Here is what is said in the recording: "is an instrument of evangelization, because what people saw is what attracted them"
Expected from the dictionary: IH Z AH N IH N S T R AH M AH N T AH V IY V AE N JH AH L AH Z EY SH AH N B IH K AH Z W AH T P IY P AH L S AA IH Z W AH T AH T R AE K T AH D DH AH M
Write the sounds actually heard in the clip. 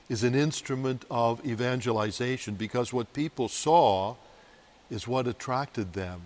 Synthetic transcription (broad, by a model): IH Z AH N IH N S T R AH M AH N T AH V IY V AE N JH AH L AH Z EY SH AH N B IH K AH Z W AH T P IY P L S AA IH Z W AH T AH T R AE K T AH D DH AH M